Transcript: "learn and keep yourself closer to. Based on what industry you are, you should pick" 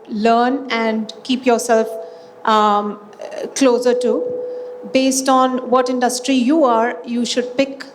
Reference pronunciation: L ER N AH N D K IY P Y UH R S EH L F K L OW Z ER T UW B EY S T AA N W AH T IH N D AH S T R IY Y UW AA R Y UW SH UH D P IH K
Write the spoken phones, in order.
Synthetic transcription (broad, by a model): L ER N AH N D K IY P Y UH R S EH L F K L OW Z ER T UW B EY S T AA N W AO T IH N D AH S T R IY Y UW AA R Y UW SH UH D P IH K